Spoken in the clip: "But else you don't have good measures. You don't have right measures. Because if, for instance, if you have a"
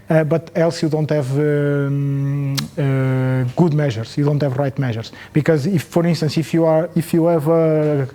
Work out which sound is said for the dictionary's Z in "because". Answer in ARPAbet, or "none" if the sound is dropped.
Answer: Z